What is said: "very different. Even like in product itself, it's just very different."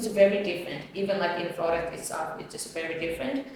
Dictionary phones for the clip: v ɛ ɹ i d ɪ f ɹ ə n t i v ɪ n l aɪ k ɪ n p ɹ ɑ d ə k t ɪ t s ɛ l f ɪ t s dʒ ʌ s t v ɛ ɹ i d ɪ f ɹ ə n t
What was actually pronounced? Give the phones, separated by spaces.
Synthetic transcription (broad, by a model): v ɛ ɹ i d ɪ f ɹ ə n t i v ɪ n l aɪ k ɪ n f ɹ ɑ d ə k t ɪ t s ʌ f ɪ t s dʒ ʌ s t v ɛ ɹ i d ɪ f ɹ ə n t